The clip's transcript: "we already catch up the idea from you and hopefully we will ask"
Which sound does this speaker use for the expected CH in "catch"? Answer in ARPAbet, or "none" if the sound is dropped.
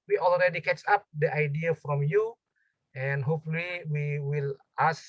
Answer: S